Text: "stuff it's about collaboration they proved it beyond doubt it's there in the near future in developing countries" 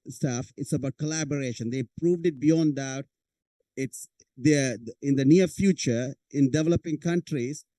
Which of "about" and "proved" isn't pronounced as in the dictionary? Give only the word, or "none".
none